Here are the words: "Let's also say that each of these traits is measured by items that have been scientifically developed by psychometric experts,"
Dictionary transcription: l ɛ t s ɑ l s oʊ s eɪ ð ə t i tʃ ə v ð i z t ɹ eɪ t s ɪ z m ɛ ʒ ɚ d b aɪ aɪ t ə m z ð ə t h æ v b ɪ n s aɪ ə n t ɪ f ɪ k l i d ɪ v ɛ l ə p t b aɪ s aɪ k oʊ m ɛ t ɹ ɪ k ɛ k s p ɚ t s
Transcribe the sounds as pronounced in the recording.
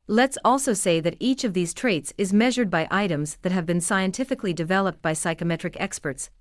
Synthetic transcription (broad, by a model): l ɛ t s ɑ l s oʊ s eɪ ð ə t i tʃ ə v ð i z t ɹ eɪ t s ɪ z m ɛ ʒ ɚ d b aɪ aɪ t ə m z ð ə t h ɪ v b ɪ n s aɪ ə n t ɪ f ɪ k l i d ɪ v ɛ l ə p t b aɪ s aɪ k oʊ m ɛ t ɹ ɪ k ɛ k s p ɚ t s